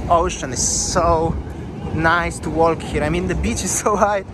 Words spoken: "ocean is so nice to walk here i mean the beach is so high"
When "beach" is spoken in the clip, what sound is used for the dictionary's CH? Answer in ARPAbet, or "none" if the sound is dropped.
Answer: CH